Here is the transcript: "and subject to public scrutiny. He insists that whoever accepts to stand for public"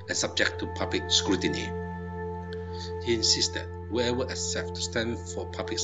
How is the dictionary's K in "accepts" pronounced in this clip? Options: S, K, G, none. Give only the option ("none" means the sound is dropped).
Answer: none